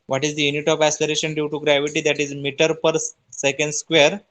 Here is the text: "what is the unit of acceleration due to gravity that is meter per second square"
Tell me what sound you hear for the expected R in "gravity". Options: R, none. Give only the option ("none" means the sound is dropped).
R